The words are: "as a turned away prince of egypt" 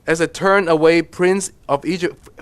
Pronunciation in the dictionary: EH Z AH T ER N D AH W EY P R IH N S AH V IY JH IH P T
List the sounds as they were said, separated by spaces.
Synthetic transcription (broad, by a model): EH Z AH T ER N AH W EY P R IH N S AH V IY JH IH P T